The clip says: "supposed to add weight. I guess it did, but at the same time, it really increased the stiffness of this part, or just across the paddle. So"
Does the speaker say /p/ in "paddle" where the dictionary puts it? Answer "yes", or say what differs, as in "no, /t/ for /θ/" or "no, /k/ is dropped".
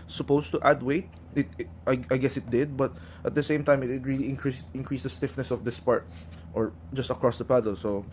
yes